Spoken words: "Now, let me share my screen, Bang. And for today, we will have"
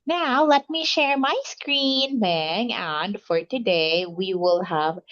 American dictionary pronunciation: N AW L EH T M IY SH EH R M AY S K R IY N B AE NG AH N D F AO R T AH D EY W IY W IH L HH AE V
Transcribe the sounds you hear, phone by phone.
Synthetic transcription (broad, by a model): N AW L EH T M IY SH EH R M AY S K R IY N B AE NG AH N D F AO R T AH D EY W IY W IH L HH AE V